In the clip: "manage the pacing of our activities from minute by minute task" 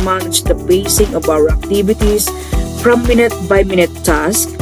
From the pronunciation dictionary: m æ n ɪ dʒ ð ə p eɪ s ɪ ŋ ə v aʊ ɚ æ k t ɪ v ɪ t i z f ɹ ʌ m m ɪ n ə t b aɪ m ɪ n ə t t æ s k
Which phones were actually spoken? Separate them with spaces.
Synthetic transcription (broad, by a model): m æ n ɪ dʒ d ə b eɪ s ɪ ŋ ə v aʊ ɚ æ k t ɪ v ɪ t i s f ɹ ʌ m m ɪ n ə t b aɪ m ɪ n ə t t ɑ s k